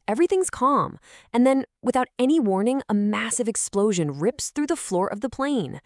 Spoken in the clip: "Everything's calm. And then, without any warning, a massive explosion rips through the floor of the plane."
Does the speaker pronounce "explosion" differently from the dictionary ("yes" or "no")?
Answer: no